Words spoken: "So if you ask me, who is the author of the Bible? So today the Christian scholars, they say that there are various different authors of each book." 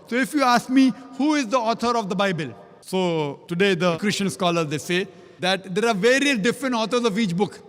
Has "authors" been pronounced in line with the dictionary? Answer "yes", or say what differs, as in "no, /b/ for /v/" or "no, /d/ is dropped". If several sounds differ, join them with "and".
no, /t/ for /θ/